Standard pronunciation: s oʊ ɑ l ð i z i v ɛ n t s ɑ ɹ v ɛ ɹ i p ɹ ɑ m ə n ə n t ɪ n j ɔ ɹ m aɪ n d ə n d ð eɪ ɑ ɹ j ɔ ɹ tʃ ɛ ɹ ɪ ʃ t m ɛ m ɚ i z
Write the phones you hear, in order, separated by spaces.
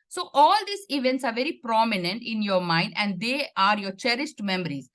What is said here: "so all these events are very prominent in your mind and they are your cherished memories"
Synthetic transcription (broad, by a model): s oʊ ɑ l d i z i v ɛ n t s ɑ ɹ v ɛ ɹ i p ɹ ɑ m ə n ə n t ɪ n j ɔ ɹ m aɪ n d ə n d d eɪ ɑ ɹ j ɔ ɹ tʃ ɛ ɹ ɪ s t m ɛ m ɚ i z